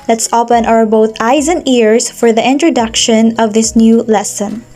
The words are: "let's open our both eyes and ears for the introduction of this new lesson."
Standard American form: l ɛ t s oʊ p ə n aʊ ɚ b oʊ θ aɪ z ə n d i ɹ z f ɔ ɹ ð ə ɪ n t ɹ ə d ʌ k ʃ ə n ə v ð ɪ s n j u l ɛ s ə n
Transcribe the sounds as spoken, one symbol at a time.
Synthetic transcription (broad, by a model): l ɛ t s oʊ p ə n aʊ ɚ b oʊ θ aɪ z ə n d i ɹ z f ɔ ɹ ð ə ɪ n t ɹ ə d ʌ k ʃ ə n ə v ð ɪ s n j u l ɛ s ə n